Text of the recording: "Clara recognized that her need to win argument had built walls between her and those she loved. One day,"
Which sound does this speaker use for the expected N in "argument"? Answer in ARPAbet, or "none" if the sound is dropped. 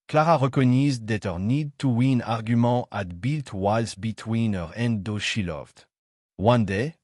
none